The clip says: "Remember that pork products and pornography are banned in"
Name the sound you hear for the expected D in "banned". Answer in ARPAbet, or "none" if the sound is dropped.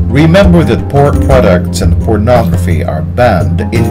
D